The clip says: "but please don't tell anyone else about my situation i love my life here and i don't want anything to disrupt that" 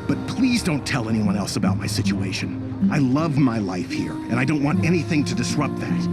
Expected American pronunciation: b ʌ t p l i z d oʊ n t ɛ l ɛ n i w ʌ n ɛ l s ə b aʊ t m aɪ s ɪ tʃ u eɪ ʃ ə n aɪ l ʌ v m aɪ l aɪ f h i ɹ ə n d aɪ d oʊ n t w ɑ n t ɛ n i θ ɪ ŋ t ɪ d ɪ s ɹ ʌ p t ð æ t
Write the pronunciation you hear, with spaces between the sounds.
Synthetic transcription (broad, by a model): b ʌ t p l i z d oʊ n t ɛ l ɛ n i w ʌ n ɛ l s ə b aʊ t m aɪ s ɪ tʃ u eɪ ʃ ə n aɪ l ʌ v m aɪ l aɪ f h i ɹ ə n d aɪ d oʊ n t w ɑ n t ɛ n i θ ɪ ŋ t ɪ d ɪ s ɹ ʌ p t ð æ t